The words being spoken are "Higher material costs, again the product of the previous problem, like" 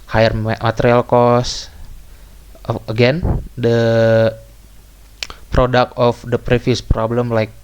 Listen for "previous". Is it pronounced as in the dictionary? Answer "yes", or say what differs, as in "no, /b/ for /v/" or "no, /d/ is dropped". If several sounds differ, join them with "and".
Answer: no, /f/ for /v/